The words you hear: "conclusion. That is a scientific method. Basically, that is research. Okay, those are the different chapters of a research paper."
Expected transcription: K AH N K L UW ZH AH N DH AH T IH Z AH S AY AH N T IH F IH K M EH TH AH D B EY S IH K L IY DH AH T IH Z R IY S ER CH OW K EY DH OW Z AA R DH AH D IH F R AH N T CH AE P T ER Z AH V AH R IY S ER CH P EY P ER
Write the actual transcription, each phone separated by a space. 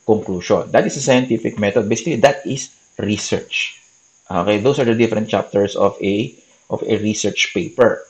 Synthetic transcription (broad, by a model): K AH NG K L UW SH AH N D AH T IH S AH S AY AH N T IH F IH K M EH T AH D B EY S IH K L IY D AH T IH S R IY S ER CH OW K EY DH OW S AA R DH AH D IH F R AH N T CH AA P T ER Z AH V AH R IY S ER CH P EY P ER